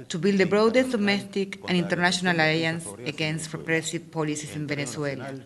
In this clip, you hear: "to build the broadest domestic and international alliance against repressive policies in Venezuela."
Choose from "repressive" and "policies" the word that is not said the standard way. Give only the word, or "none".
policies